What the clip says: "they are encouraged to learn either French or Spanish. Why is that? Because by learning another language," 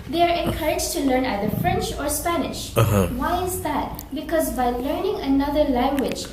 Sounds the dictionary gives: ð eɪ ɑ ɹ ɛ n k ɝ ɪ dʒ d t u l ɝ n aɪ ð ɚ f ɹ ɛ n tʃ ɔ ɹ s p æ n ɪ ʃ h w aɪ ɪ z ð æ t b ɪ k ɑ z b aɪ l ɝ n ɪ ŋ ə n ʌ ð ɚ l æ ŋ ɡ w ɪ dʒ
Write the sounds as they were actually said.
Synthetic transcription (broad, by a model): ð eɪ ɑ ɹ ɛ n k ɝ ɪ dʒ t u l ɝ n aɪ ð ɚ f ɹ ɛ n tʃ ɔ ɹ s p æ n ɪ ʃ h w aɪ ɪ z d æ t b ɪ k ɑ z b aɪ l ɝ n ɪ ŋ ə n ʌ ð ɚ l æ ŋ ɡ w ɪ dʒ